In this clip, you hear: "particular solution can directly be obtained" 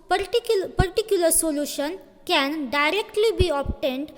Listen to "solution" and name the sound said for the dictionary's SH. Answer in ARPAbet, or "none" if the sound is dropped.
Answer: SH